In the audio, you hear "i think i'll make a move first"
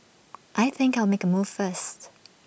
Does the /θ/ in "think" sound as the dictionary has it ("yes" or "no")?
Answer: yes